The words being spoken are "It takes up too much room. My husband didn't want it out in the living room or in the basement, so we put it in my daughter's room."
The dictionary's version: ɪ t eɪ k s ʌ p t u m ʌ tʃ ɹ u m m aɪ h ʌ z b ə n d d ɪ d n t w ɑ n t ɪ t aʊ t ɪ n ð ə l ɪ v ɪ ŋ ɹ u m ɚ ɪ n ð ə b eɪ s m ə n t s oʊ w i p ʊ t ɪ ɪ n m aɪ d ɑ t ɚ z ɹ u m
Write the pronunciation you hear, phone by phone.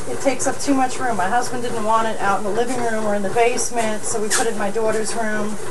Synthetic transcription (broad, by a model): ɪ t eɪ k s ʌ p t u m ʌ tʃ ɹ u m m aɪ h ʌ z b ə n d d ɪ d n t w ɑ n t ɪ t aʊ t n ð ə l ɪ v ɪ ŋ ɹ u m ɚ ɪ n ð ə b eɪ s m ə n t s oʊ w i p ʊ t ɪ ɪ n m aɪ d ɑ t ɚ z ɹ u m